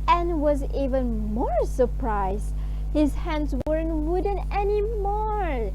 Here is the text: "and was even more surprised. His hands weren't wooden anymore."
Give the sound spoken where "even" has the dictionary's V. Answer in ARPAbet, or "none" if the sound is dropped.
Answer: V